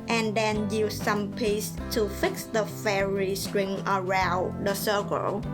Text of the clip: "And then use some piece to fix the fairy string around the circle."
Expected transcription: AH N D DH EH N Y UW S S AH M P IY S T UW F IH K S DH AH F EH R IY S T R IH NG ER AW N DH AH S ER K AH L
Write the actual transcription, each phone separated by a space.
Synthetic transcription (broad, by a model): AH N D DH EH N Y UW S S AH M P IY S T UW F IH K S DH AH F EH R IY S T R IH NG ER AW N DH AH S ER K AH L